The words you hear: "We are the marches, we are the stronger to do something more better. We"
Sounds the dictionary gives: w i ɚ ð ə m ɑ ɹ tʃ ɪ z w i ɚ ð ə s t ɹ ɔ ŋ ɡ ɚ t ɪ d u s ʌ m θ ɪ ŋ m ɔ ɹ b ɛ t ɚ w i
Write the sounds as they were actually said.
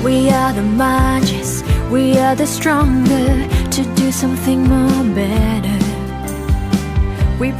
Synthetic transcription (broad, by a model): w i ɚ ð ə m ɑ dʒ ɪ s w i ɚ ð ə s t ɹ ɔ ŋ ɡ ɚ t ɪ d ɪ s ʌ m θ ɪ ŋ m ɔ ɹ b ɛ t ɚ w i